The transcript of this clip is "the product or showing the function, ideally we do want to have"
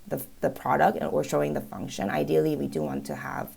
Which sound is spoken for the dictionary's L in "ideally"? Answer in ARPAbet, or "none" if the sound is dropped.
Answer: L